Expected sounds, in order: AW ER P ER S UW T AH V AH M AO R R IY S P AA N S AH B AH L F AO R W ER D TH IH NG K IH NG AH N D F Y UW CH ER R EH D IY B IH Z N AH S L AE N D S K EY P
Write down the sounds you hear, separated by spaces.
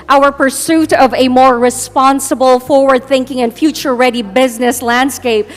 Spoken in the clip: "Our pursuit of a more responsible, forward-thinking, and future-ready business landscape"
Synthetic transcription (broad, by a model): AW ER P ER S UW T AH V AH M AO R R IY S P AA N S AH B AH L F AO R W ER D TH IH NG K IH NG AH N F Y UW CH ER R EH D IY B IH Z N AH S L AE N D S K EY P